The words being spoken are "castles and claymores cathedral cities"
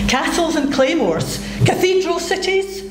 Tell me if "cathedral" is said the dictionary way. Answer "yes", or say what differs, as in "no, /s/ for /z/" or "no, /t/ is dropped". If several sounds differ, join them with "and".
yes